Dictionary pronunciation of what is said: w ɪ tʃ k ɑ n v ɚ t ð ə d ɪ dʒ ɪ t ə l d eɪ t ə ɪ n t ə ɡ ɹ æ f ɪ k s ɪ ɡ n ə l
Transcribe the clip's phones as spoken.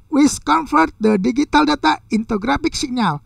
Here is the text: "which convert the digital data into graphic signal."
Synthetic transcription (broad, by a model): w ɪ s k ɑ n f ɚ t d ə d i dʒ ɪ t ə l d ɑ t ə ɪ n t ə ɡ ɹ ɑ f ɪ k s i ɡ n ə l